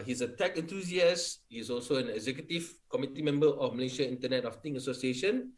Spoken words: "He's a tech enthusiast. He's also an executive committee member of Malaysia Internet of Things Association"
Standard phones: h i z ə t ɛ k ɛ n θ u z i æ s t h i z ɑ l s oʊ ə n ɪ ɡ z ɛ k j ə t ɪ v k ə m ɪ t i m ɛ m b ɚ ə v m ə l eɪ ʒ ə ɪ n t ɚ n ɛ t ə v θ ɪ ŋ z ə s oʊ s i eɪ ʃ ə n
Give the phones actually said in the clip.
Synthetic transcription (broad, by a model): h i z ə t ɛ k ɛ n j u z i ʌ s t h i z ɑ l s oʊ ə n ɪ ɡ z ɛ k j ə t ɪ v k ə m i t i m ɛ m b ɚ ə f m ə l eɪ ʃ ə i n t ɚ n ɛ t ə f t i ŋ ə s oʊ s i eɪ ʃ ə n